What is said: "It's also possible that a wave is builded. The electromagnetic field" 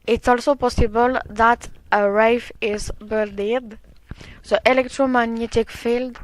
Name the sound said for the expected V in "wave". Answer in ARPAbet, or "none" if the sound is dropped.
F